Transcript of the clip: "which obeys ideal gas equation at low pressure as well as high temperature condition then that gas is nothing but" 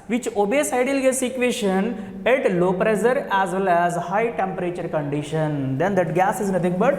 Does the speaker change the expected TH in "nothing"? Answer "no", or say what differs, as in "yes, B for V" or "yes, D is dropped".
yes, T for TH